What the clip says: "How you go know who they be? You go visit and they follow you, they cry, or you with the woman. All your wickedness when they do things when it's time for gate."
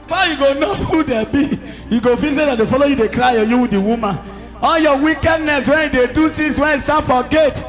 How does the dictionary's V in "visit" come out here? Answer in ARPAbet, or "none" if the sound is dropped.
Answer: F